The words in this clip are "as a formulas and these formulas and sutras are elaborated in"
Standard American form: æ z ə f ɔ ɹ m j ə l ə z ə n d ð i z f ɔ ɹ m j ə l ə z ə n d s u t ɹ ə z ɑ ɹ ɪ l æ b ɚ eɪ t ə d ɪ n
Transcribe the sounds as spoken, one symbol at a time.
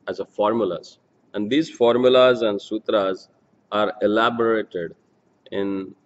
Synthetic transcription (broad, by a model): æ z ə f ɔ ɹ m j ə l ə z ə n d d i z f ɔ ɹ m j ə l ə z ə n d s u t ɹ ə z ɑ ɹ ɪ l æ b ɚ eɪ t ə d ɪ n